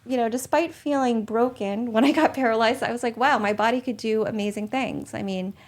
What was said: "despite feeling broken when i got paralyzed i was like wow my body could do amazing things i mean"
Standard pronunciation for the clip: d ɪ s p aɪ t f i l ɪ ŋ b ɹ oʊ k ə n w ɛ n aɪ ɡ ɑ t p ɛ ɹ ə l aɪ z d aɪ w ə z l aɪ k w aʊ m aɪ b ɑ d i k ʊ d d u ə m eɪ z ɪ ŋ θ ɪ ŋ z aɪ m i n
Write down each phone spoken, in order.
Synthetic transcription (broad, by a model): d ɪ s p aɪ t f i l ɪ ŋ b ɹ oʊ k ə n w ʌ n aɪ ɡ ɑ t p ɛ ɹ ə l aɪ z d aɪ w ə z l aɪ k w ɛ m aɪ b ɑ d i k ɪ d d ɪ ə m eɪ z ɪ ŋ θ ɪ ŋ z aɪ m i n